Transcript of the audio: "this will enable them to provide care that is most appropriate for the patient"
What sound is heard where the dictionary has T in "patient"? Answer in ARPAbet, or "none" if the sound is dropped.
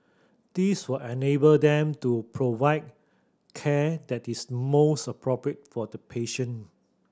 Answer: none